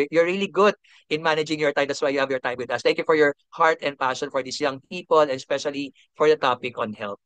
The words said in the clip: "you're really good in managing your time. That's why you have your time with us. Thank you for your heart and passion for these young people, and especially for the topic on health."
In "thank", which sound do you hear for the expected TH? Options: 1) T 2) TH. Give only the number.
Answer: 1